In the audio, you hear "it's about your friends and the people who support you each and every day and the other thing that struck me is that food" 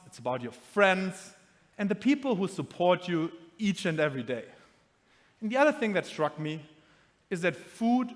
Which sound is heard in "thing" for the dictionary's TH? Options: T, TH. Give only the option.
TH